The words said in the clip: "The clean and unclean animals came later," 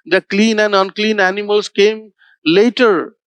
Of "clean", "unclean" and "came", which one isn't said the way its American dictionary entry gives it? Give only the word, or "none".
none